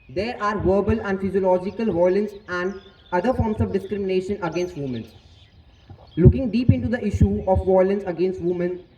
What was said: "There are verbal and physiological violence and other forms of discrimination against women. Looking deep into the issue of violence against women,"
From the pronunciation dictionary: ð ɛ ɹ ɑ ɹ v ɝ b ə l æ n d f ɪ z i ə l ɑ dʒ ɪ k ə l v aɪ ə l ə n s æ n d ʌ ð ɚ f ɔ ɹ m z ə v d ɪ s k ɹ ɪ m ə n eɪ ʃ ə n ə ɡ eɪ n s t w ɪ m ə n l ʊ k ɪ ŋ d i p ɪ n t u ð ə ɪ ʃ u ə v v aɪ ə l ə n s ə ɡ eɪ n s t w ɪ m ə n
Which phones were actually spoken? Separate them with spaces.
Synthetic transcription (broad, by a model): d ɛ ɹ ɑ ɹ v ɝ b ə l æ n d f ɪ z i ə l ɑ dʒ ɪ k ə l v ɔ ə l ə n s æ n d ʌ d ɚ f ɔ ɹ m s ə v d ɪ s k ɹ ɪ m ə n eɪ ʃ ə n ə ɡ eɪ n s t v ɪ m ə n l ʊ k ɪ ŋ d i p ɪ n t u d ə ɪ ʃ u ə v v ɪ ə l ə n s ə ɡ eɪ n s t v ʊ m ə n